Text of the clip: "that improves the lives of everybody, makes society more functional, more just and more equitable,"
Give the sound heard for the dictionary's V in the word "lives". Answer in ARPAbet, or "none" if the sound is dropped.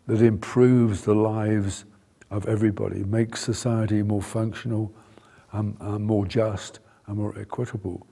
V